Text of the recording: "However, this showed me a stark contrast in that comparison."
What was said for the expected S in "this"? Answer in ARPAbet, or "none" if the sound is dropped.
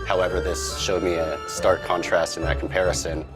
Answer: S